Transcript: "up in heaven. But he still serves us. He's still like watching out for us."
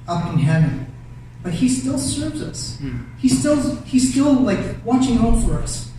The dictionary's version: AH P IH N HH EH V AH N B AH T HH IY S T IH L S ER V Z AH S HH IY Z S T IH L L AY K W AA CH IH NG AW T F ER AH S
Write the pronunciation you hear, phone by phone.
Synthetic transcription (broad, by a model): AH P IH N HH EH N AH B AH T HH IY S T IH L S ER V Z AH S HH IY Z S T IH L L AY K W AA CH IH NG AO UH F ER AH S